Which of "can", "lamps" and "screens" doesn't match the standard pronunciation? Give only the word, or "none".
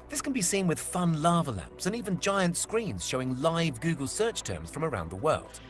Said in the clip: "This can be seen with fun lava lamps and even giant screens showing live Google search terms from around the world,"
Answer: none